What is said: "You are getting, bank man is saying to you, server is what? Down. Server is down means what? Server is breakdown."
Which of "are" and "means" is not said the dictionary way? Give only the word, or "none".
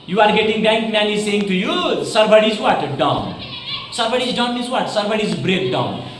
means